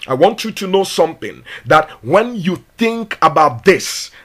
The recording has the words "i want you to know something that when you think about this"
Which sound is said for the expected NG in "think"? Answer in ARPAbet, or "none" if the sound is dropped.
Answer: NG